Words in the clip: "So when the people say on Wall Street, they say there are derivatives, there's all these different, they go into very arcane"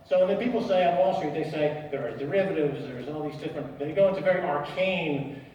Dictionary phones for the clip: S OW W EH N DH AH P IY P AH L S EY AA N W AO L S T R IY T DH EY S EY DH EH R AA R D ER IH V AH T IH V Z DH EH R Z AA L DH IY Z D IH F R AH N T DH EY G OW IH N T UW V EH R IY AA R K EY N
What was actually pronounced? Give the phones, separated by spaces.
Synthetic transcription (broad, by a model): S OW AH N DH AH P IY P L S EY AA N W AO L S T R IY T DH EY S EY DH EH R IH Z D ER IH V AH T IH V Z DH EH R Z AA L DH IY Z D IH F R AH N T DH EY G OW IH N T UW V EH R IY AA R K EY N